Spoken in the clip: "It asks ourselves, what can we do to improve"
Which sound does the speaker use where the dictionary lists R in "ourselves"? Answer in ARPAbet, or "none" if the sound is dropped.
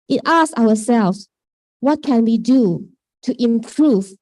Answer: W